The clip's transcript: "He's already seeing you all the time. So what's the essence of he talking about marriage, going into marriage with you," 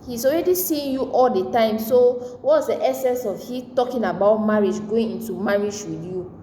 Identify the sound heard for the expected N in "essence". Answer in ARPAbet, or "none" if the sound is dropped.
N